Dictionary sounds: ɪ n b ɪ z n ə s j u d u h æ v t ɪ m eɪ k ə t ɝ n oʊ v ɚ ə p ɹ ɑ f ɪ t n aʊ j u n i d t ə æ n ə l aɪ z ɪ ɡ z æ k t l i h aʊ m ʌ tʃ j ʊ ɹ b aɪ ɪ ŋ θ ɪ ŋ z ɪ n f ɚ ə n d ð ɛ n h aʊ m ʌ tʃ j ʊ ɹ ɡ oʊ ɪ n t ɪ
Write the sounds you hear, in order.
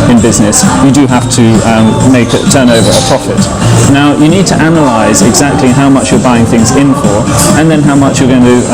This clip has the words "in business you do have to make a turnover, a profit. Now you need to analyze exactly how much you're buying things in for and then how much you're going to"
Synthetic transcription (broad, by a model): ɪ n b ɪ z n ə s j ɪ d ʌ h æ f t ɪ m eɪ k ə t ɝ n oʊ v ɚ ə p ɹ ɑ f ɪ t n aʊ j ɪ n i d t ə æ n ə l aɪ z ɪ ɡ z æ k t l i h aʊ m ʌ tʃ j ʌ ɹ b aɪ ɪ ŋ θ ɪ ŋ z ɪ n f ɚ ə n ð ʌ n h aʊ m ʌ tʃ j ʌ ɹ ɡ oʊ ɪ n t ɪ